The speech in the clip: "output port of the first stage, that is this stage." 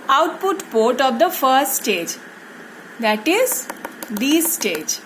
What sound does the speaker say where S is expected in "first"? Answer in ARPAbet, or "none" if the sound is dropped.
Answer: S